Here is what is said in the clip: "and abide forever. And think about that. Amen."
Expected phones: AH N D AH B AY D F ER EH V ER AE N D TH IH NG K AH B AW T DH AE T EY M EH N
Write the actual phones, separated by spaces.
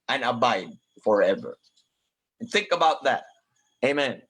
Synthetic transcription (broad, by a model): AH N AH B AY D F ER EH V ER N TH IH NG K AH B AW T DH AE T EY M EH N